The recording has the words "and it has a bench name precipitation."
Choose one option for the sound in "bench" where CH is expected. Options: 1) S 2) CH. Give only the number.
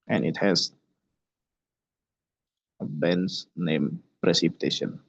1